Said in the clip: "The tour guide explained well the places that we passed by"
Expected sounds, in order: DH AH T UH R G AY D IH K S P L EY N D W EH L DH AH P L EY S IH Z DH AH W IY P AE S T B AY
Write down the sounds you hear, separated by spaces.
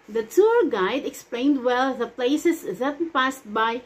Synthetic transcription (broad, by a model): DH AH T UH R G AY D IH K S P L EY N D W EH L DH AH P L EY S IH S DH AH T P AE S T B AY